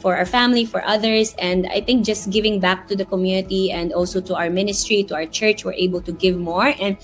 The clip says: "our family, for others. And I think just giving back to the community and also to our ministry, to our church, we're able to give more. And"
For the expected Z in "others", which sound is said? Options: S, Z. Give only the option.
S